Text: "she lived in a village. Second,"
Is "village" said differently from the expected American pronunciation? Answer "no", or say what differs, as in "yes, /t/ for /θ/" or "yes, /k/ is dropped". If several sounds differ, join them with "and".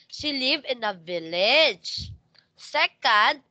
no